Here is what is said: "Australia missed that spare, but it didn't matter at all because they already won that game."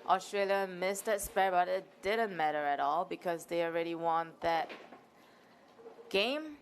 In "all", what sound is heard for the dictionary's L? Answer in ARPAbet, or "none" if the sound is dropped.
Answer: L